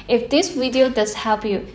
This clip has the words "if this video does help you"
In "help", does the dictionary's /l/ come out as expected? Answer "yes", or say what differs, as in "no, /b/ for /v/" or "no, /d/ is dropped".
no, /l/ is dropped